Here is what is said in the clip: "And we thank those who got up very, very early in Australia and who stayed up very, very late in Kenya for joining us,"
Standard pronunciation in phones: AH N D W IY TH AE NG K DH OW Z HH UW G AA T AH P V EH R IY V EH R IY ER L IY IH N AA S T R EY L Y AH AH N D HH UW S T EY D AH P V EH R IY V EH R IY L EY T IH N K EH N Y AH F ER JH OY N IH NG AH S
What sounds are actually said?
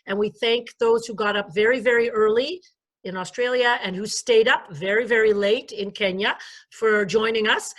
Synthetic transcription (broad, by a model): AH N W IY TH AE NG K DH OW Z HH UW G AA T AH P V EH R IY V EH R IY ER L IY IH N AA S T R EY L Y AH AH N HH UW S T EY D AH P V EH R IY V EH R IY L EY T IH N K EH N Y AH F ER JH OY N IH NG AH S